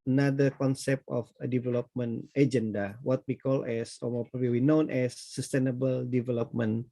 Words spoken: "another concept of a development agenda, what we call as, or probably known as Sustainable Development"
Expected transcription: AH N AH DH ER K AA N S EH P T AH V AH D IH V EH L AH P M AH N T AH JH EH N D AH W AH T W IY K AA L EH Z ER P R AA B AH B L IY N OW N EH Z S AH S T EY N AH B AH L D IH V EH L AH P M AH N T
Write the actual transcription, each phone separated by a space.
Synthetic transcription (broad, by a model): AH N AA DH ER K AA N S EH P T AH F AH D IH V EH L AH P M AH N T AH JH EH N D AH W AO T W IY K AA L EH S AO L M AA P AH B W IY N OW N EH S AH S T EY N AH B AH L D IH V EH L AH P M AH N